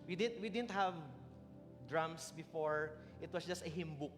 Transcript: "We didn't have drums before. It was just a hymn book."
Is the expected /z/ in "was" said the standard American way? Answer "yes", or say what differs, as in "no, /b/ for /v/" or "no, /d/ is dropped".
no, /s/ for /z/